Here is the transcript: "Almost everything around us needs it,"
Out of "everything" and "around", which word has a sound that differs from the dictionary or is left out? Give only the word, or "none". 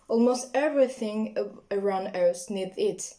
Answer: none